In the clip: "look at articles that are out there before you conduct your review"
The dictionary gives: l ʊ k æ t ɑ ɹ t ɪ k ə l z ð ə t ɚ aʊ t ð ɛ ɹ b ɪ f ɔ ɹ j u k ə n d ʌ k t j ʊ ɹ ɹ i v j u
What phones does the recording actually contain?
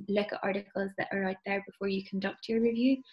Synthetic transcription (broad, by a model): l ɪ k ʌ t ɑ ɹ t ɪ k ə l z ð ə t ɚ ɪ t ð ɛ ɹ b ɪ f ɔ ɹ j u k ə n d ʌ k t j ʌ ɹ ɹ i v j u